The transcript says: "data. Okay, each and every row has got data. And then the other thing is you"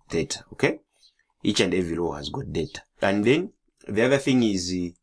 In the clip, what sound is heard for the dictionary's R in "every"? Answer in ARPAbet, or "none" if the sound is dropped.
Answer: none